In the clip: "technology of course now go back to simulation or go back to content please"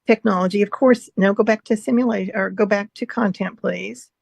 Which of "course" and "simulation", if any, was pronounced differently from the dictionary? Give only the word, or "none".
simulation